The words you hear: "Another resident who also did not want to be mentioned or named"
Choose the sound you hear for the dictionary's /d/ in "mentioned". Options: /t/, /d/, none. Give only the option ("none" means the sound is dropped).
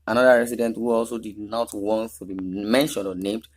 none